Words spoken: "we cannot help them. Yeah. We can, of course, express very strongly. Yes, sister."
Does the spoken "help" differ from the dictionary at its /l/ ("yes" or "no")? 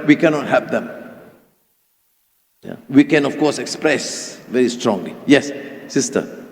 yes